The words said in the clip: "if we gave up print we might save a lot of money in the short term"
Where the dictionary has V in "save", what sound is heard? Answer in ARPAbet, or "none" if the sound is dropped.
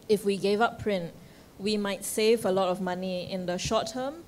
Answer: V